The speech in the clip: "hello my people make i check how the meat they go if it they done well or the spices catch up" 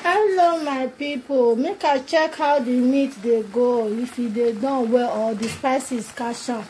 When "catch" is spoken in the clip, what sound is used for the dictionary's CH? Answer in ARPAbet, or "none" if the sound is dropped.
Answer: SH